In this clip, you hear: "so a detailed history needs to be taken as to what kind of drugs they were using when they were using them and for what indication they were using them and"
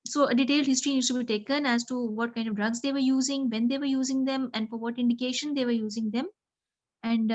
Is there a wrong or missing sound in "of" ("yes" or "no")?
no